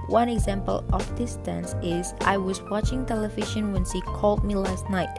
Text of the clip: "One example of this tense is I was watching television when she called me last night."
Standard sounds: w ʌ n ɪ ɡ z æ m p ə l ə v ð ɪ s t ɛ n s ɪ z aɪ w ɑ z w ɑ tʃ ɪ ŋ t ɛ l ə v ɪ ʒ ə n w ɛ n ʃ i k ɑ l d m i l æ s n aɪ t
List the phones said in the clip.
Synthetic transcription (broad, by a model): w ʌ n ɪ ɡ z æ m p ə l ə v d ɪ s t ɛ n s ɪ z aɪ w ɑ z w ɑ tʃ ɪ ŋ t ɛ l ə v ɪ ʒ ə n w ɛ n s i k ɑ l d m i l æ s n aɪ t